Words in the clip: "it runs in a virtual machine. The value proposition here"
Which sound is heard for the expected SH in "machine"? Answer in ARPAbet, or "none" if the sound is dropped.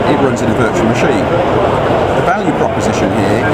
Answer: SH